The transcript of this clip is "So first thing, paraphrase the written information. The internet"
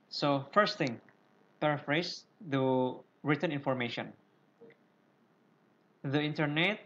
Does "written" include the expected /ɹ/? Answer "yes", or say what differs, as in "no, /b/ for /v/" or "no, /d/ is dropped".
yes